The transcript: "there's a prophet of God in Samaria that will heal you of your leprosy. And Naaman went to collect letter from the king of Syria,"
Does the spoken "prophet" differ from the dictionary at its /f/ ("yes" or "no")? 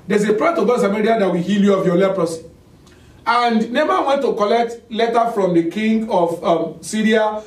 yes